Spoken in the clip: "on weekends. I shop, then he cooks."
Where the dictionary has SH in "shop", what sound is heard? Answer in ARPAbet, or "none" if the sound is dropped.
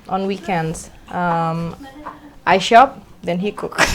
SH